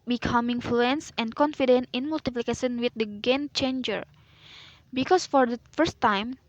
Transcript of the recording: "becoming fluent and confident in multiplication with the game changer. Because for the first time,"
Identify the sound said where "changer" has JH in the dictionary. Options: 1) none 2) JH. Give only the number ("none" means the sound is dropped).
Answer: 2